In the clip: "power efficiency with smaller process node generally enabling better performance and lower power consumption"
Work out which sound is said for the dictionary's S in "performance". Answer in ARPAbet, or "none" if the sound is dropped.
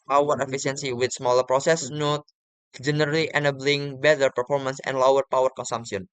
S